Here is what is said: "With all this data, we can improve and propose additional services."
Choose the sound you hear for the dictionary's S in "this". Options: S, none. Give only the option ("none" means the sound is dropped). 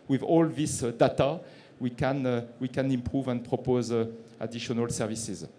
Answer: S